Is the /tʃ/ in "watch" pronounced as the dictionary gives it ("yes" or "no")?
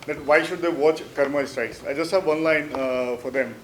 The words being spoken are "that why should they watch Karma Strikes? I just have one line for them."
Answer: yes